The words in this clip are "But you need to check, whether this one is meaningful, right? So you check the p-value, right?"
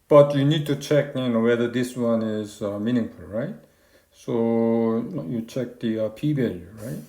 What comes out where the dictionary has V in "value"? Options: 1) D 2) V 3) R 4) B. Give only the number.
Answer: 4